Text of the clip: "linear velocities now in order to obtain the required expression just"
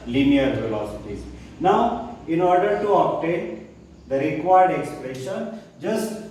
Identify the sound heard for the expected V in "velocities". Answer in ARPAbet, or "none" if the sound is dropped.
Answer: F